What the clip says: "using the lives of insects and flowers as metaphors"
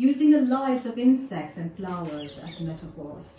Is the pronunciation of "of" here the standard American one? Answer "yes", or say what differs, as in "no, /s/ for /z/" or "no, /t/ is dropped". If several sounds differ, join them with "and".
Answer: yes